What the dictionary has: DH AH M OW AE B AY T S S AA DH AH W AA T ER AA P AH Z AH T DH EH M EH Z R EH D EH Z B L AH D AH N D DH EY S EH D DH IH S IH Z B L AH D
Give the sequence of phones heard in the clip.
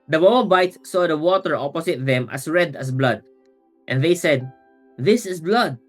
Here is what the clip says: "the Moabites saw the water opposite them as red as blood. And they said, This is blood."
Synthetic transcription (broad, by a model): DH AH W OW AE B AY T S S AA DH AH W AA T ER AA P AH S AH T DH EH M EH S R EH D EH S B L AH D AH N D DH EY S EH D DH IH S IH S B L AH D